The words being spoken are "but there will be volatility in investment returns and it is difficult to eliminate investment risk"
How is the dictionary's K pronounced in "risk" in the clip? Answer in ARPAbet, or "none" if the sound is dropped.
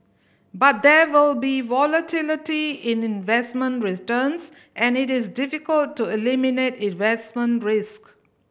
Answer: K